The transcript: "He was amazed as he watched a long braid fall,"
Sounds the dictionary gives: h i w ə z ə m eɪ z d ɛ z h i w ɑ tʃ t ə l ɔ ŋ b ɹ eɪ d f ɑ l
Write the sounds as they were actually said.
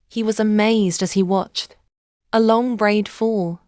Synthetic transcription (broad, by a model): h i w ə z ə m eɪ z d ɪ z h i w ɑ tʃ t ə l ɔ ŋ b ɹ eɪ d f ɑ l